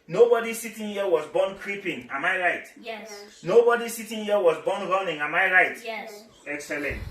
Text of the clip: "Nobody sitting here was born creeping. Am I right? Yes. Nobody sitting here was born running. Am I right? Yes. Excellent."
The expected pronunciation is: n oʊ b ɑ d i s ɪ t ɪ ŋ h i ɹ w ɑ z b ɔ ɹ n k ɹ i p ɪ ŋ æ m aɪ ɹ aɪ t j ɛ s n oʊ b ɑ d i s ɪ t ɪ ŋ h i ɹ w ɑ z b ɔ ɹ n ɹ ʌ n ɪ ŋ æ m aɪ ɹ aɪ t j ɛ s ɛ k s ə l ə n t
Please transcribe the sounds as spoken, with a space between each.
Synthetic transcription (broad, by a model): n oʊ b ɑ d i s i t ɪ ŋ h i w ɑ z b ɔ n k ɹ i p ɪ ŋ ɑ m aɪ ɹ aɪ t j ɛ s n oʊ b ɑ d i s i t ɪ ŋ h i w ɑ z b ɔ n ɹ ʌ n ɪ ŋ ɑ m aɪ ɹ aɪ t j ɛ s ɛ k s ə l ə n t